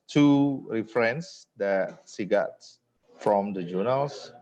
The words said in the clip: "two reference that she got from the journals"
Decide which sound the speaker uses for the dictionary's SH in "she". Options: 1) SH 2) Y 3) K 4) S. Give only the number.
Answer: 4